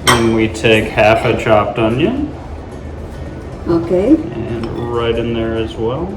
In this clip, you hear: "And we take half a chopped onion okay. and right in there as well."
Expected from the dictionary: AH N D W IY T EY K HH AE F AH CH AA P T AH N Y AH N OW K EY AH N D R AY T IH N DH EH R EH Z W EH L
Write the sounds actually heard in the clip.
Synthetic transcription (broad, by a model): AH N W IY T EY K HH AE F AH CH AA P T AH N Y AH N OW K EY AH N R AY T IH N DH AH R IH Z W EH L